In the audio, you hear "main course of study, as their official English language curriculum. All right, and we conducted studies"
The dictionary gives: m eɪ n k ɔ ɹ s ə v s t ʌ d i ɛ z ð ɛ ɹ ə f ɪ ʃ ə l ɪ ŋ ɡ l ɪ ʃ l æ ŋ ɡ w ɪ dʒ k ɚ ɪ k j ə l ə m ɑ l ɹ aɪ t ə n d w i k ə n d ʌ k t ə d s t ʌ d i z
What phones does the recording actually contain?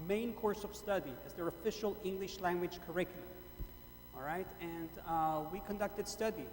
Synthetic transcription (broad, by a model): m eɪ n k ɔ ɹ s ə v s t ʌ d i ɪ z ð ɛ ɹ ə f ɪ ʃ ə l ɪ ŋ ɡ l ɪ ʃ l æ ŋ ɡ w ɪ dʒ k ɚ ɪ k j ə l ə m ɑ l ɹ aɪ t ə n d w i k ə n d ʌ k t ə d s t ʌ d i